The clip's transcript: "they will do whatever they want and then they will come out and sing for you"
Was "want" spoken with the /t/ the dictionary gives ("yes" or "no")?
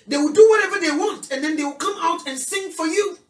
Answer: yes